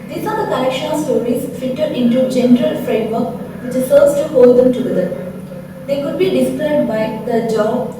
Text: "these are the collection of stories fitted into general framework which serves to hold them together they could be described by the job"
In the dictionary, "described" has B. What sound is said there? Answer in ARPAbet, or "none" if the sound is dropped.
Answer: none